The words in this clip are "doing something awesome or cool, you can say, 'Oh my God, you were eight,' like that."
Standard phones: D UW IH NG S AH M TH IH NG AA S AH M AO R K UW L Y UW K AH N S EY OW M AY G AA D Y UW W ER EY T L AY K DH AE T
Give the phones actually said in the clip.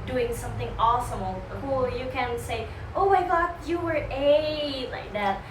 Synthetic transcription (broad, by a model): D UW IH NG S AH M TH IH NG AA S AH M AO L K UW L Y UW K AH N S EY OW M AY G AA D Y UW W ER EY L AY K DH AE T